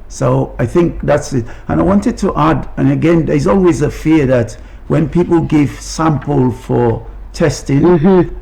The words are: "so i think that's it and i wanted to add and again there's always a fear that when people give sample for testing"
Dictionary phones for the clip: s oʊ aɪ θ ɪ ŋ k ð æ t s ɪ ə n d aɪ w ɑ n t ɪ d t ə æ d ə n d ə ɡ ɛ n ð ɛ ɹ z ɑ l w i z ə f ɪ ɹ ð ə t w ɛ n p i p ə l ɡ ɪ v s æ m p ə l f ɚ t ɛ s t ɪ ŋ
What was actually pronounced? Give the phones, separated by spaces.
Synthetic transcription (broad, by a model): s oʊ aɪ θ ɪ ŋ k ð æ t s ɪ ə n aɪ w ɑ n t ɪ d t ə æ d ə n ə ɡ ɛ n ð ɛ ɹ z ɑ l w i z ə f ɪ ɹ ð ə t w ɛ n p i p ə l ɡ ɪ v s æ m p ə l f ɚ t ɛ s t ɪ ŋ